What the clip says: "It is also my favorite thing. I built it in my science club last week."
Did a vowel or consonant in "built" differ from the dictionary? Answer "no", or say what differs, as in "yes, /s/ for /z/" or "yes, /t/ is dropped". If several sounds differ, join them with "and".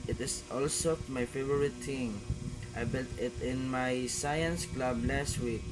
no